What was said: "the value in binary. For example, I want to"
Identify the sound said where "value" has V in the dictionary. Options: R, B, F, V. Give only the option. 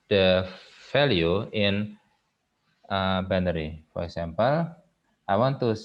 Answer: F